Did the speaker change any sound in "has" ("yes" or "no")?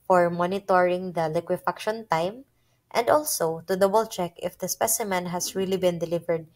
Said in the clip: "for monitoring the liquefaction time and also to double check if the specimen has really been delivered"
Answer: yes